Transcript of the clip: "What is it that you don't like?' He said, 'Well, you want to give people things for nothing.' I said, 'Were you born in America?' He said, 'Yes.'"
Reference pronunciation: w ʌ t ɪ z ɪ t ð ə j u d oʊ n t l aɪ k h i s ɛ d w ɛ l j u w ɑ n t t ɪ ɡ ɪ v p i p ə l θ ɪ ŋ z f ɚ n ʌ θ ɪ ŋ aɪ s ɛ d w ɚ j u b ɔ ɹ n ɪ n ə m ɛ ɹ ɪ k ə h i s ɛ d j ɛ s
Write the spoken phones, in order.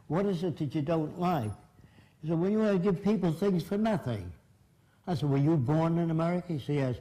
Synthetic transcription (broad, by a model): w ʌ t ɪ z ɪ t ð ə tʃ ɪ d oʊ n t l aɪ k s ɛ d w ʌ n j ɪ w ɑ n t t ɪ ɡ ɪ v p i p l θ ɪ ŋ z f ɚ n ʌ θ ɪ ŋ aɪ s ɛ d w ɚ j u b ɔ ɹ n ɪ n ə m ɛ ɹ ɪ k ə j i s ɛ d j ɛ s